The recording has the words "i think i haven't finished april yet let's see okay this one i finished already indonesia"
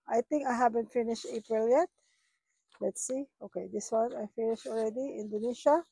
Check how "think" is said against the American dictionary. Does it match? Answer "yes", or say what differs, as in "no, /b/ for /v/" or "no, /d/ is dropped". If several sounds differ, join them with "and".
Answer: no, /t/ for /θ/